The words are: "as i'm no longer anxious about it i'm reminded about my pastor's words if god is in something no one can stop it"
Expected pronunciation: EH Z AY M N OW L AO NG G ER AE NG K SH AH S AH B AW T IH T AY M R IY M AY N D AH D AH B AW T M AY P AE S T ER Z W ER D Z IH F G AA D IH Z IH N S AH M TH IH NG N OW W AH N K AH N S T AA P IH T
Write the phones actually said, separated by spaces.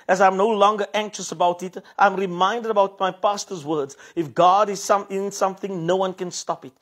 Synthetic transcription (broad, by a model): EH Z AY M N OW L AO NG G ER AE NG K SH AH S AH B AW T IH T AY M R IY M AY N D AH D AH B AW T M AY P AE S T ER Z W ER D Z IH F G AA D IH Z IH N S AH M TH IH NG N OW W AH N K AH N S T AA P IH T